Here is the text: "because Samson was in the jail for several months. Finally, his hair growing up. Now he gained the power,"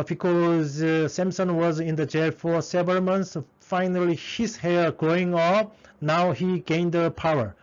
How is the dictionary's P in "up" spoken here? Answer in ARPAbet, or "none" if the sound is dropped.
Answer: F